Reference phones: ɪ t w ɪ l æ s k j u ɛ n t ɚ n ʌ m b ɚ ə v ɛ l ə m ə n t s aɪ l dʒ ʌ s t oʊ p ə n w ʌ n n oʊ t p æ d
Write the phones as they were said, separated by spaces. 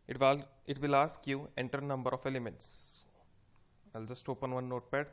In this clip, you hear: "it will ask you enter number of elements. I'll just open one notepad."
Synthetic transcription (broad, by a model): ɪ t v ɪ l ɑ s k j u ɛ n t ɚ n ʌ m b ɚ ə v ɛ l ə m ə n t s aɪ l dʒ ʌ s t oʊ p ə n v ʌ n n oʊ t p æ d